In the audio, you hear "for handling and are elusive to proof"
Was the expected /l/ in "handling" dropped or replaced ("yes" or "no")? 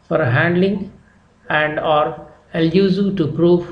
no